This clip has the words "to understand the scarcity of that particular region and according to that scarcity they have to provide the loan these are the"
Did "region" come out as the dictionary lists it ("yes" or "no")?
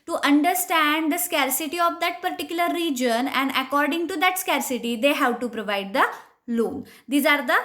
yes